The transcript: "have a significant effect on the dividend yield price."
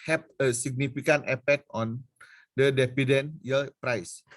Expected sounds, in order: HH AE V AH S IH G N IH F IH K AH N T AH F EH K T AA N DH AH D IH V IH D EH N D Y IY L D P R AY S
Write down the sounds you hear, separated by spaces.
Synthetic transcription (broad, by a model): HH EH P AH S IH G N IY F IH K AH N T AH P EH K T AA N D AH D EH P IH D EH N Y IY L P R AY S